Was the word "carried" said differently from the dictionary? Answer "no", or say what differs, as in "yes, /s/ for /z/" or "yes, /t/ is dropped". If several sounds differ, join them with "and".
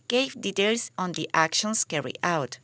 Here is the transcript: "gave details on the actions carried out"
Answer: yes, /d/ is dropped